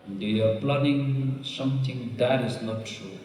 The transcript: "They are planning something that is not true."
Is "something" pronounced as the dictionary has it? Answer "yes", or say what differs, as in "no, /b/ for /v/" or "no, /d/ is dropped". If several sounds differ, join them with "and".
no, /t/ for /θ/